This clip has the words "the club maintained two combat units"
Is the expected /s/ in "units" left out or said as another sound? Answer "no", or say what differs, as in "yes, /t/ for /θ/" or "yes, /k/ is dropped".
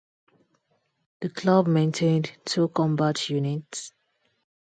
no